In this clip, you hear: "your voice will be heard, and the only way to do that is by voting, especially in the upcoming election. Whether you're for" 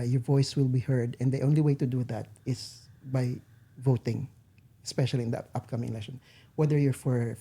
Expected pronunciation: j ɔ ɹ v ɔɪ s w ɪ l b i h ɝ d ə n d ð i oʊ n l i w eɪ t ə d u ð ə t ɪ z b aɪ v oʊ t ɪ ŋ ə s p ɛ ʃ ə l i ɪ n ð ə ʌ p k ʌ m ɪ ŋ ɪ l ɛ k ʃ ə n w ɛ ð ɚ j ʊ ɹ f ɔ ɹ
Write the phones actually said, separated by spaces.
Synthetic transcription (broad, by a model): j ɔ ɹ v ɔɪ s w ɪ l b i h ɝ d ə n d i oʊ n l i w eɪ t ə d u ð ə t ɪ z b aɪ v oʊ t ɪ ŋ ə s p ɛ ʃ ə l i ɪ n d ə ʌ p k ʌ m ɪ ŋ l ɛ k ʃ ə n w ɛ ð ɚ j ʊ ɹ f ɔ ɹ